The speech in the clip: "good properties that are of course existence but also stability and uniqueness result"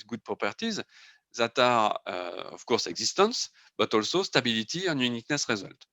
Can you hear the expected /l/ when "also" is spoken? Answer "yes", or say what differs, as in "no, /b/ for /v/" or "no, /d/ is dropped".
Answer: yes